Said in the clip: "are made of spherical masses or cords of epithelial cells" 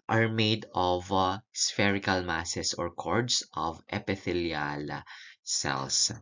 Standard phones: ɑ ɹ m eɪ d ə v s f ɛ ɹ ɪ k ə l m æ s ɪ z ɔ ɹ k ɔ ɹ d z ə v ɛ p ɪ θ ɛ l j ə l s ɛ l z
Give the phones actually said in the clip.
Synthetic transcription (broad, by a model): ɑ ɹ m eɪ d ə v s f ɛ ɹ ɪ k ə l m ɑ s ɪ s ɔ ɹ k ɔ ɹ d s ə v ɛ p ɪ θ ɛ l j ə l s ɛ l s